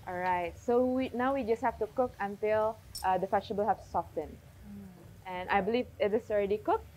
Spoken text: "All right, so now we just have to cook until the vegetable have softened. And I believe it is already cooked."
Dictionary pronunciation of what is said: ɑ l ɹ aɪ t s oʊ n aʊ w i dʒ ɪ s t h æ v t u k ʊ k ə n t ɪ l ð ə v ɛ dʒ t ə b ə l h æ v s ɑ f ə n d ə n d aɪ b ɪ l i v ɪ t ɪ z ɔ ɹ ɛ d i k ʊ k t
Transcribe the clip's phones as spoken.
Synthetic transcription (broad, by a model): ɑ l ɹ aɪ t s oʊ n aʊ w i dʒ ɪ s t h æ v t u k ʊ k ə n t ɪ l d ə f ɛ tʃ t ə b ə l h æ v s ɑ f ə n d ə n aɪ b ɪ l i v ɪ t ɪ s ɔ ɹ ɛ d i k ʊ k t